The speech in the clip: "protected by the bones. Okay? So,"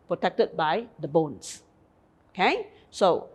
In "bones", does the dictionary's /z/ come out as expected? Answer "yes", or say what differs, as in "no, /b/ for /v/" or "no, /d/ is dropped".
no, /s/ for /z/